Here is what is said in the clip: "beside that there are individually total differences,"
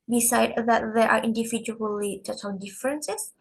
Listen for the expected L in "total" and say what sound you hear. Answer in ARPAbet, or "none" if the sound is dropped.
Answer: N